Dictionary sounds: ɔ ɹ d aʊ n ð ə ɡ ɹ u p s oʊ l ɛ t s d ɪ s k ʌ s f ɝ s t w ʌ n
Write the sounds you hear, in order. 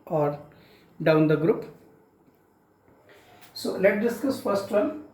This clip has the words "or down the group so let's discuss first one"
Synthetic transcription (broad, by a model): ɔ ɹ d aʊ n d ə ɡ ɹ u p s oʊ l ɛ t d ɪ s k ʌ s f ɝ s t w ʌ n